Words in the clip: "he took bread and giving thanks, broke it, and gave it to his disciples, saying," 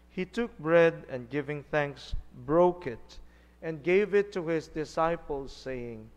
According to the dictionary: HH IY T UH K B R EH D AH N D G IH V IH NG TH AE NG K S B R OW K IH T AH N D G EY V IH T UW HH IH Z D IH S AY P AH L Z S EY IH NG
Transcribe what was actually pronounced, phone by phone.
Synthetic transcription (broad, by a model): HH IY T UH K B R EH D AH N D G IH V IH NG TH AE NG K S B R OW K IH T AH N G EY V IH T UW HH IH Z D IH S AY P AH L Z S EY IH NG